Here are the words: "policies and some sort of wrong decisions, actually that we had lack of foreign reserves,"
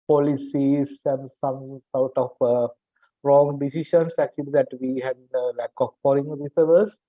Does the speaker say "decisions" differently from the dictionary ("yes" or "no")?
yes